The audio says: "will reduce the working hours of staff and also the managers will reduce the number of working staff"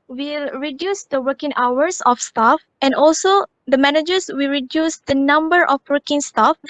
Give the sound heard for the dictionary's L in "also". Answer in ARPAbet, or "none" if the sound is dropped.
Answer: L